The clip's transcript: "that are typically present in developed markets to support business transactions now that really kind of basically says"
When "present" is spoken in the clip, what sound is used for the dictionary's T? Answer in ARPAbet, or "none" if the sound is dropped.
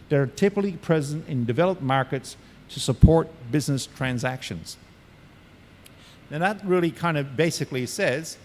T